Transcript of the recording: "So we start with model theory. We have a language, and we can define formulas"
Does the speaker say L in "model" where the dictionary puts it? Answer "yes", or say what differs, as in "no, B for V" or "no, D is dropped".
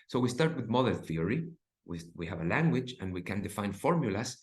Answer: no, N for L